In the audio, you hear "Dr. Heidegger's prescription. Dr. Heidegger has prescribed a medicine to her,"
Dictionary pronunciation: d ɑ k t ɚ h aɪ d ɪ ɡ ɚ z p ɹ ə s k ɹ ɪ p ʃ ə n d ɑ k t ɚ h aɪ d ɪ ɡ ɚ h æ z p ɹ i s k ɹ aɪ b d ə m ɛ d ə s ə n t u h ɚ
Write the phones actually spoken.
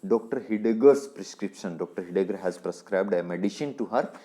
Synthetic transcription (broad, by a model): d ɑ k t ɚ h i d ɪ ɡ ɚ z p ɹ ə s k ɹ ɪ p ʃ ə n d ɑ k t ɚ h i d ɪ ɡ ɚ h æ z p ɹ i s k ɹ aɪ b d ə m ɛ d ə ʃ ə n t u h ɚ